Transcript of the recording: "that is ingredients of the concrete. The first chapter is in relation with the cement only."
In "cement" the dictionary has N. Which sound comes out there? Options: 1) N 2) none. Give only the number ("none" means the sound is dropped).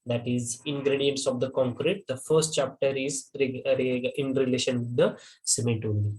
2